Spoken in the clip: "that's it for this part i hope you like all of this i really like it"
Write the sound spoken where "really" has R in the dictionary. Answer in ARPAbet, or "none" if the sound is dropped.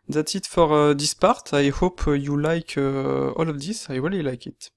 W